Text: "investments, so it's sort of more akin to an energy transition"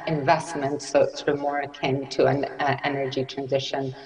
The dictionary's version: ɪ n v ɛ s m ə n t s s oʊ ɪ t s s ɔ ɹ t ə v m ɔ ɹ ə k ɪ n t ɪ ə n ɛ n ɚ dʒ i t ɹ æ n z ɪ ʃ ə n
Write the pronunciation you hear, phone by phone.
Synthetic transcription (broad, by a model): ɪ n v ɛ s m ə n t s s oʊ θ ɹ ə m ɔ ɹ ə k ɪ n t ɪ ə n ɛ n ɚ dʒ i t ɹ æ n z ɪ ʃ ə n